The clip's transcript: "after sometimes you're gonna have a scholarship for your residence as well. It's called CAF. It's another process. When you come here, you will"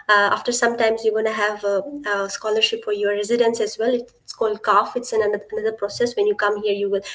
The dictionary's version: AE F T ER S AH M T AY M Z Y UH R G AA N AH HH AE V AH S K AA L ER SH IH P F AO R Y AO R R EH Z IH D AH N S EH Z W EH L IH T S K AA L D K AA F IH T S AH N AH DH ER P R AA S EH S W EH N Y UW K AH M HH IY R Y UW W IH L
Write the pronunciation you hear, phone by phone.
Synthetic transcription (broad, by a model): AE F T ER S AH M T AY M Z Y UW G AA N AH HH AE V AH S K AA L ER SH IH P F AO R Y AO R R EH Z IH D AH N S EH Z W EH L IH T S K AA L D K AA F IH T S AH N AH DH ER P R AA S EH S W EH N Y UW K AH M HH IY R Y UW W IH L